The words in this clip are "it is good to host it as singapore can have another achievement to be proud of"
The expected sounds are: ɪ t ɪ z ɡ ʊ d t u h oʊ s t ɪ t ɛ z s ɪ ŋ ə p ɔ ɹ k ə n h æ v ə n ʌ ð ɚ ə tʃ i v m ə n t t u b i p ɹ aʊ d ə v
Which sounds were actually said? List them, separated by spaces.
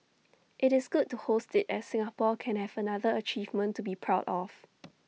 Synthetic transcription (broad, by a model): ɪ t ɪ s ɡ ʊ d t u h oʊ s t ɪ t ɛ s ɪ ŋ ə p ɔ k ə n h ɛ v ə n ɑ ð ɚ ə tʃ i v m ə n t t u b i p ɹ aʊ d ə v